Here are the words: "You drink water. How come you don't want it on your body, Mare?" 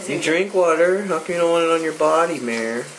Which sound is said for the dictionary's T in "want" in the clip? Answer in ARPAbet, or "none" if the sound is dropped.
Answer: none